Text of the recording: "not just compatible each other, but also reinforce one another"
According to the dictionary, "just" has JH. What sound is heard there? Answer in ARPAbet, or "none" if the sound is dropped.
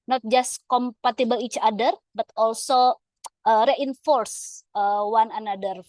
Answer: JH